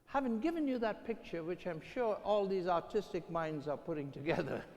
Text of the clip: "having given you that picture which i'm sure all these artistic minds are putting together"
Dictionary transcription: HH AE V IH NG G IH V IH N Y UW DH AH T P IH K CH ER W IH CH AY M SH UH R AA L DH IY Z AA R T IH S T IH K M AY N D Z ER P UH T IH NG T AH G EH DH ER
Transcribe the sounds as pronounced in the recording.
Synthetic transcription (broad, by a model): HH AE V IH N G IH V IH N Y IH DH AH T P IH K CH ER W IH CH AY M SH UH R AA L DH IY Z AA R T IH S T IH K M AY N D Z ER P UH T IH NG T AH G EH DH ER